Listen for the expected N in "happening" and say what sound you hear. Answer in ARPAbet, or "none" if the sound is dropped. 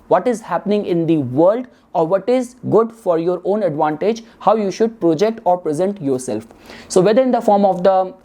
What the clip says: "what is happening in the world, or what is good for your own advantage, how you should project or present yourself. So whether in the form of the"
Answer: N